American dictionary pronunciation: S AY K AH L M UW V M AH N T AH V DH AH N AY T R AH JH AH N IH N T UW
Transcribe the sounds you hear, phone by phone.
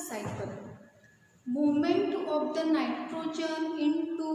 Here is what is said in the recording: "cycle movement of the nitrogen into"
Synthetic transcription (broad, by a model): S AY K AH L M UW M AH N T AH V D AH N AY T R AH JH AH N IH N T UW